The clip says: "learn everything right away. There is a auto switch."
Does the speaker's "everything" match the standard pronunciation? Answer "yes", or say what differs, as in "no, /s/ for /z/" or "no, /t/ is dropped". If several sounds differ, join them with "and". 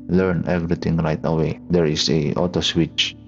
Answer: no, /t/ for /θ/